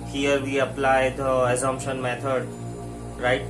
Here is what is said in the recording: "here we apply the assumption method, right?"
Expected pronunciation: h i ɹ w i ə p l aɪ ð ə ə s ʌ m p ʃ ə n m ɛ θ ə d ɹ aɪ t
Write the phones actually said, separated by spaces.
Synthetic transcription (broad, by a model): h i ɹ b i ə p l aɪ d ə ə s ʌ m p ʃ ə n m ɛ t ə d ɹ aɪ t